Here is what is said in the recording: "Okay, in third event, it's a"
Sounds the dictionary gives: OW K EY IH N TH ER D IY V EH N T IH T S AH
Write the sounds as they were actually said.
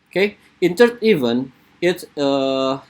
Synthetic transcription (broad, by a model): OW K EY IH N T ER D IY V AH N IH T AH